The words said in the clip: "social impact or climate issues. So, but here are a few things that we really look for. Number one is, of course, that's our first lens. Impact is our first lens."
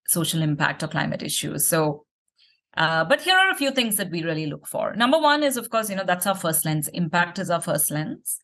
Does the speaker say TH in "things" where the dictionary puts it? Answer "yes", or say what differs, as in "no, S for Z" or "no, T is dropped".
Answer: no, T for TH